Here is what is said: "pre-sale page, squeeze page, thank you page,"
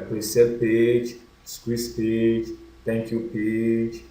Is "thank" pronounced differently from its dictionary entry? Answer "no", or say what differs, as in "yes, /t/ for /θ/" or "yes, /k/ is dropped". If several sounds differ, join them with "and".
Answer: yes, /t/ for /θ/